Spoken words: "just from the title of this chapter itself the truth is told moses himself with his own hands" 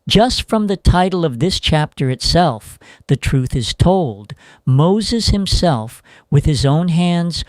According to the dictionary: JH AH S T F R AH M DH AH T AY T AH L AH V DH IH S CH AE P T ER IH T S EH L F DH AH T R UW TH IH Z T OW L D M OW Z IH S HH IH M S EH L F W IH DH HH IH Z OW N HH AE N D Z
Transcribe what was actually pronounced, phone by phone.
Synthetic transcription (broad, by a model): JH AH S T F R AH M DH AH T AY T L AH V DH IH S CH AE P T ER IH T S EH L F DH AH T R UW TH IH Z T OW L D M OW Z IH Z HH IH M S EH L F W IH DH IH Z OW N HH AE N D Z